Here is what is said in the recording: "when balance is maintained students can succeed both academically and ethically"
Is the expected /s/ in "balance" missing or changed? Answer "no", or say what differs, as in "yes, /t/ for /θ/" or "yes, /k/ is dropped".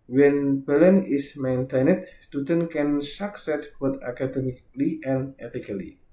yes, /s/ is dropped